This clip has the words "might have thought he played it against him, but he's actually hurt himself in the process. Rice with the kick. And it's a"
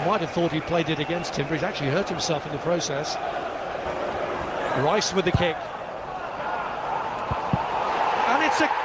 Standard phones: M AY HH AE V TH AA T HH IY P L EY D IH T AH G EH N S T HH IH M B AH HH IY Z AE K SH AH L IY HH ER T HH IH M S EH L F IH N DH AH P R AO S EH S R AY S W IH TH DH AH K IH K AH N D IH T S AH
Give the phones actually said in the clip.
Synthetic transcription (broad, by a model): M AY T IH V TH AA T HH IY P L EY D IH T AH G EH N S T HH IH M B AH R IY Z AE K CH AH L IY HH ER T HH IH M S EH L F IH N DH AH P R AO S EH S R AY S W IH DH AH K IH K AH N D IH T S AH